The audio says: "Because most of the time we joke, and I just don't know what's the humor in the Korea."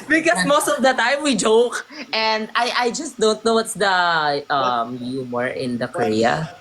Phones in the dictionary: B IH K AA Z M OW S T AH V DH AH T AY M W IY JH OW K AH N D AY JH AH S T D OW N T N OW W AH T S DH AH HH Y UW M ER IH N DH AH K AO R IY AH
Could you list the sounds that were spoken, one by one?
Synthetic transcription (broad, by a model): B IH K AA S M OW S T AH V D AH T AY M W IY JH OW K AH N D AY JH AH S T D OW N T N OW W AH T S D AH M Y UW M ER IH N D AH K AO R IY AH